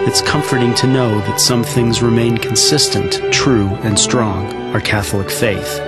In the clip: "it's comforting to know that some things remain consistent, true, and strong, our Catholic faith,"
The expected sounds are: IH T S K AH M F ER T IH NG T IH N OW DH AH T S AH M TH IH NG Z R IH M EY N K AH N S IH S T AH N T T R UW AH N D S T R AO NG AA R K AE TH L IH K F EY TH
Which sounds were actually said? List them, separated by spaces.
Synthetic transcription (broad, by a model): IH T S K AH M F ER T IH NG T IH N OW DH AH T S AH M TH IH NG Z R IH M EY N K N S IH S T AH N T T R UW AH N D S T R AO NG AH R K AE TH L IH K F EY TH